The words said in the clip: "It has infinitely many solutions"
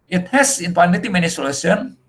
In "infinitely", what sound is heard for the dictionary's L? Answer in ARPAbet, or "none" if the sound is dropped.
none